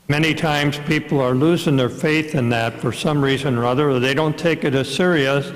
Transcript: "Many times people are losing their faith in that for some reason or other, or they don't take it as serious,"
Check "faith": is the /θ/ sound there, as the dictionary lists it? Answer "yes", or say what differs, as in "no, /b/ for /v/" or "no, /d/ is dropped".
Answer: yes